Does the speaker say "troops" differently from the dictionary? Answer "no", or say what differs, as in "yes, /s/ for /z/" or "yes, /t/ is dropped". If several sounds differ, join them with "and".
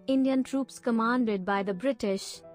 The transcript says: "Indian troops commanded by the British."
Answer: no